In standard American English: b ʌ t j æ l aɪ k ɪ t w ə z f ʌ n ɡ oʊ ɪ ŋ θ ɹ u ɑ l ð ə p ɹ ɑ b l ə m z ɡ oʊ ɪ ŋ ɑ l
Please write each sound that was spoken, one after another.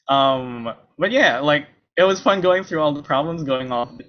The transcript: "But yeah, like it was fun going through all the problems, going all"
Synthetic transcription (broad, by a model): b ʌ t j æ l aɪ k ɪ t w ə z f ʌ n ɡ oʊ ɪ ŋ θ ɹ u ɑ l ð ə p ɹ ɑ b l ə m z ɡ oʊ ɪ ŋ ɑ